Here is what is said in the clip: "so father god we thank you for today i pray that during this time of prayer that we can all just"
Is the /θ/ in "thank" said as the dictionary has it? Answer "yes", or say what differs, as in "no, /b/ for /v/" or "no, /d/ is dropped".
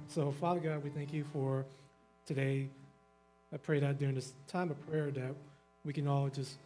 yes